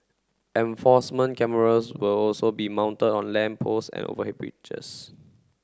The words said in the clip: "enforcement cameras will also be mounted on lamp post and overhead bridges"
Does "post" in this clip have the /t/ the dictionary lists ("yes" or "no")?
no